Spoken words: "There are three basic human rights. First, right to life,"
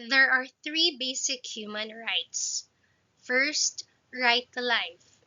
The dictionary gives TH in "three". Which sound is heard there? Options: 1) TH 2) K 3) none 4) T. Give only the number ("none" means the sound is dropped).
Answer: 1